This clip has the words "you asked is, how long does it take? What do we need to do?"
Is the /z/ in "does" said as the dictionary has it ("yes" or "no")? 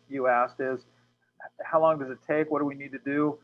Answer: yes